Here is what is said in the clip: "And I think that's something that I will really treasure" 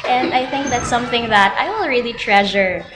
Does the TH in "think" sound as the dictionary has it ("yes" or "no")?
yes